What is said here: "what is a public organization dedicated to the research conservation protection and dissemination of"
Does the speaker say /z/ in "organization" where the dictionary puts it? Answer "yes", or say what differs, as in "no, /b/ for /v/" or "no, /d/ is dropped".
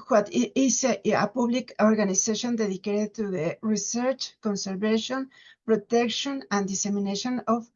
no, /s/ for /z/